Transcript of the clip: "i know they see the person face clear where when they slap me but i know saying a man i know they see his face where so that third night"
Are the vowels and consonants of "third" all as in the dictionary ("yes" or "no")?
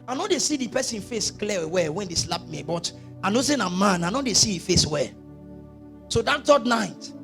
no